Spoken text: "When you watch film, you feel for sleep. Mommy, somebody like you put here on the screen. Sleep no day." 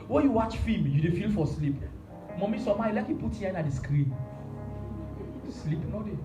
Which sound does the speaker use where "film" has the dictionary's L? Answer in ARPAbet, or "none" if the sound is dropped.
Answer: none